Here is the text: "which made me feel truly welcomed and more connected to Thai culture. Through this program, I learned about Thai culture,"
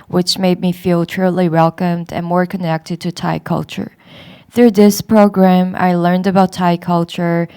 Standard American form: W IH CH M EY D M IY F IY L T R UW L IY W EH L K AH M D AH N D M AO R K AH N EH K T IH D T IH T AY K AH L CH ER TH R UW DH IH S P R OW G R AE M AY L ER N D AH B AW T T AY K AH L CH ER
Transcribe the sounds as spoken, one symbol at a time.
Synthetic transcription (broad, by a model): W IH CH M EY D M IY F IY L T R UW L IY W EH L K AH M D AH N M AO R K AH N EH K T IH D T IH T AY K AH L CH ER TH R UW DH IH S P R OW G R AE M AY L ER N D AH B AW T T AY K AH L CH ER